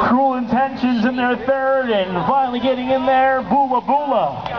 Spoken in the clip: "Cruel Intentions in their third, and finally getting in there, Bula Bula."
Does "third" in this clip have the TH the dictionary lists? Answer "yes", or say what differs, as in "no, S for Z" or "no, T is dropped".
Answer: yes